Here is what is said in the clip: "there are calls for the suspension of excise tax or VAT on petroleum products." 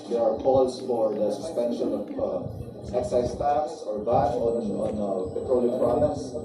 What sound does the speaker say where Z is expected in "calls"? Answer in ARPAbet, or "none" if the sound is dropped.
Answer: S